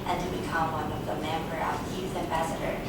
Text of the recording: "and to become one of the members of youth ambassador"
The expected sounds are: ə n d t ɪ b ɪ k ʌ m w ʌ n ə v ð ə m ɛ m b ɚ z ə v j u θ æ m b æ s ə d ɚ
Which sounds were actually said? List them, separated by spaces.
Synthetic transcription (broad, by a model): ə n t ɪ b ɪ k ʌ m w ʌ n ə v ð ə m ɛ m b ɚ ə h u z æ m b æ s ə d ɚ